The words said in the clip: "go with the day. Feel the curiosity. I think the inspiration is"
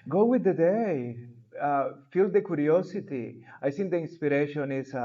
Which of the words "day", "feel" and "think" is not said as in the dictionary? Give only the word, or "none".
think